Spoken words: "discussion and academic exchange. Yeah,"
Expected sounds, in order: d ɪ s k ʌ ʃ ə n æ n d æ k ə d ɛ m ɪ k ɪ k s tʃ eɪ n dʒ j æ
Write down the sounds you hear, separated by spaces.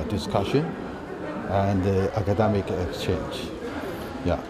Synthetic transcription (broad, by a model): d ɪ s k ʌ ʃ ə n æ n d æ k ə d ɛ m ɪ k ɪ k s tʃ eɪ n dʒ j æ